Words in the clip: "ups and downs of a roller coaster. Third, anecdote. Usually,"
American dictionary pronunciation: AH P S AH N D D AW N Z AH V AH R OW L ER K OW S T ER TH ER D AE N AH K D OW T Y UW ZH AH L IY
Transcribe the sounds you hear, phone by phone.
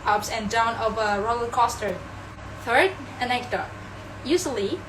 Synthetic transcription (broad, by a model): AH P S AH N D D AW N AH V AH R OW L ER K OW S T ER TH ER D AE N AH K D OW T Y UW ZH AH L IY